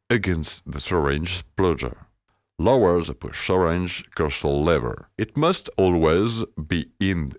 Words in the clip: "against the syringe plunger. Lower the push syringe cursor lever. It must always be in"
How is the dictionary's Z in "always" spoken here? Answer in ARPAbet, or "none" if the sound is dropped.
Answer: Z